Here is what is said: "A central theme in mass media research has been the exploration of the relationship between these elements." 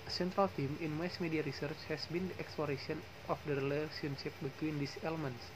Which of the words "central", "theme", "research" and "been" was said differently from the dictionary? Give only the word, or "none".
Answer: theme